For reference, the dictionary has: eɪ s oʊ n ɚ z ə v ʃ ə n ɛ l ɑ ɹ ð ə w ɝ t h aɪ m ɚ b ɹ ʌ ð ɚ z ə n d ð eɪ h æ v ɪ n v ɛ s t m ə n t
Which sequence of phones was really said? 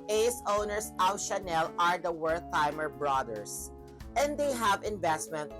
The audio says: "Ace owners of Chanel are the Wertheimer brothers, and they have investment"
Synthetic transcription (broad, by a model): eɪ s oʊ n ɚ s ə w ʃ ə n ɛ l ɑ ɹ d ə w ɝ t aɪ m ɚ b ɹ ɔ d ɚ s ə n d eɪ h æ v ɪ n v ɛ s t m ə n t